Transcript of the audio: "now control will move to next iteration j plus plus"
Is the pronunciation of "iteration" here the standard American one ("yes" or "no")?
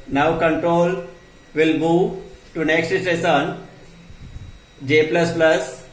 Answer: no